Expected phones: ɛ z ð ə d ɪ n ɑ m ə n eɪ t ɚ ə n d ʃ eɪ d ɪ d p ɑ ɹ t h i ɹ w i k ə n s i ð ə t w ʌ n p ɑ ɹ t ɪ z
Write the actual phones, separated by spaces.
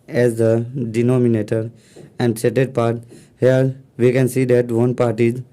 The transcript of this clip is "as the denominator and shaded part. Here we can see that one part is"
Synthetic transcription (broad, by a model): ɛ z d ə d ɪ n ɑ m ə n eɪ t ɚ ə n d s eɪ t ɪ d p ɑ ɹ t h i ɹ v i k ə n s i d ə t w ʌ n p ɑ ɹ t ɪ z